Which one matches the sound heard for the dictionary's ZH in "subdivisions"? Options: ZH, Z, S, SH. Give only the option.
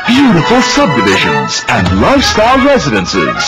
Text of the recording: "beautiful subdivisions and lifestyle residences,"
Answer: ZH